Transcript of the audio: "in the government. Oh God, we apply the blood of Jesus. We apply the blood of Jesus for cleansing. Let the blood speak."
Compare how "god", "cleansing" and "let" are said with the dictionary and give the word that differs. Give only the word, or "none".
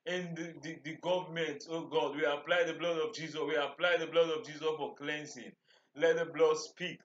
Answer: cleansing